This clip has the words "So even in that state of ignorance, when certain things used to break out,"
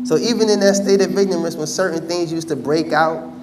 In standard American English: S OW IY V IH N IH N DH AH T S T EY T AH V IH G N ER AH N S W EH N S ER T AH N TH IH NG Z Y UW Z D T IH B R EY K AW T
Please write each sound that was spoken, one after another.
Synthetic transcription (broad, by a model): S OW IY V IH N IH N DH AH T S T EY T AH V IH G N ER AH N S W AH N S ER T N TH IH NG Z Y UW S T IH B R EY K AW T